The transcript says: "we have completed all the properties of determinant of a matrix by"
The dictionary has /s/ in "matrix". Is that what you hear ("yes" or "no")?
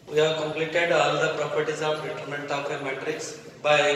yes